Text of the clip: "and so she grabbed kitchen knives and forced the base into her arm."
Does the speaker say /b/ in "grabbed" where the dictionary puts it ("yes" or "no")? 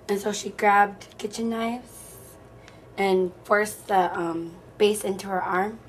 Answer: yes